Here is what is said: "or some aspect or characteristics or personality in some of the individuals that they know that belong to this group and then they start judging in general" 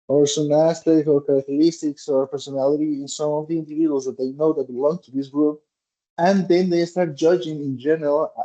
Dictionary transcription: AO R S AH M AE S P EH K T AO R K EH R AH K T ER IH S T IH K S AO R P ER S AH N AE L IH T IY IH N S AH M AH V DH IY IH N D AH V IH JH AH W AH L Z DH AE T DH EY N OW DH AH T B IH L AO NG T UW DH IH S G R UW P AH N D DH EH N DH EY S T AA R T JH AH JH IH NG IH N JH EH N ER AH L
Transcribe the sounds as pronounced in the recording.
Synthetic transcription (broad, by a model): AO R S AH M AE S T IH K AO R K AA R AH K T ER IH S T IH K S AO R P ER S AH N AE L IH T IY IH N S AH M AH V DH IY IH N D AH V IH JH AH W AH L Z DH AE T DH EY N OW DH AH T B IH L AO NG T UW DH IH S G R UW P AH N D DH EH N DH EY S T AA R T JH AH JH IH NG IH N JH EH N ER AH L